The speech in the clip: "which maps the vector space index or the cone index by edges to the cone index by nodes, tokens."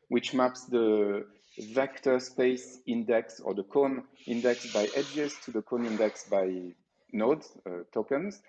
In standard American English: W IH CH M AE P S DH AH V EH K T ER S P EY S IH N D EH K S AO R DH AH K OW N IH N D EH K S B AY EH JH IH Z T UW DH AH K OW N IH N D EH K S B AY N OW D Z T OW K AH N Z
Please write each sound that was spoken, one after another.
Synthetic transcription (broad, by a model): W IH CH M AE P S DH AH V EH K T ER S P EY S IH N D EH K S AO R DH AH K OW N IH N D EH K S B AY EH JH IH Z T UW DH AH K OW N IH N D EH K S B AY N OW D T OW K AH N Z